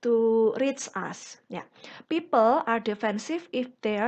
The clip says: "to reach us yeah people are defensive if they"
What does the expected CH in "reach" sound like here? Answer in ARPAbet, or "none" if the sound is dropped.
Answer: S